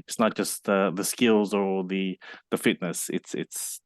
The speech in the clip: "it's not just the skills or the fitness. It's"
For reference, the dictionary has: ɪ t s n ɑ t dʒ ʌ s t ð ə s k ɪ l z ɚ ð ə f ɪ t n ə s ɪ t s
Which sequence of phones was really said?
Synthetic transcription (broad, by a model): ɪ t s n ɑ t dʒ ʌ s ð ð ə s k ɪ l z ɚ ð ə f ɪ t n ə s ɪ t s